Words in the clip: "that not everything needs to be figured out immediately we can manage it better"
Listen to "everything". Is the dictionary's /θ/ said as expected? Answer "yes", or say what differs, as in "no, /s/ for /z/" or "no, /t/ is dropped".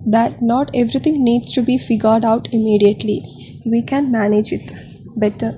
no, /t/ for /θ/